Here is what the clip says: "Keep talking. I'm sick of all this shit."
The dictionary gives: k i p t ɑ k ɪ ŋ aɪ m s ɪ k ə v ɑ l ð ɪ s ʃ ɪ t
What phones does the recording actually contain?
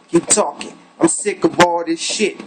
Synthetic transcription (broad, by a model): k i p t ɑ k ɪ ŋ aɪ m s ɪ k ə b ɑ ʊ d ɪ ʃ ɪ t